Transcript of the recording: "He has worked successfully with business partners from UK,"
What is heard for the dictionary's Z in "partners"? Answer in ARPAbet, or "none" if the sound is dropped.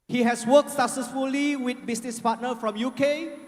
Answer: none